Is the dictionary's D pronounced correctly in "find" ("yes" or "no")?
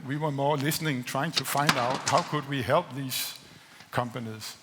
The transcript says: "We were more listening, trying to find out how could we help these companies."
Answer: yes